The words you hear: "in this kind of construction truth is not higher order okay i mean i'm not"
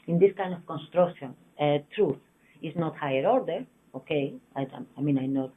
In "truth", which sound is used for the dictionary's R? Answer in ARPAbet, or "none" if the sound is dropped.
R